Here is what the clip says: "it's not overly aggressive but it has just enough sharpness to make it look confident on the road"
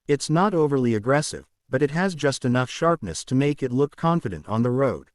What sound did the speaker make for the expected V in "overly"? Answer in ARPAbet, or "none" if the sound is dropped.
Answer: V